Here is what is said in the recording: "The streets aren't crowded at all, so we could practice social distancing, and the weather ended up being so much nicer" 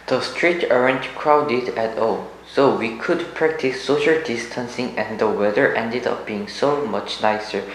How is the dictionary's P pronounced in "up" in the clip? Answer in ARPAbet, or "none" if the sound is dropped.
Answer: F